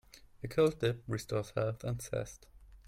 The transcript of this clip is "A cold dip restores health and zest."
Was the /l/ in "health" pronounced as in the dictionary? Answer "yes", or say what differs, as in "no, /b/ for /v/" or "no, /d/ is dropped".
no, /l/ is dropped